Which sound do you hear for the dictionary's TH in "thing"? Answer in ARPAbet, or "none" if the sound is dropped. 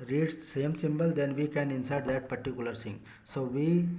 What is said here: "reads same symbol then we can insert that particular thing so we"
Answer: S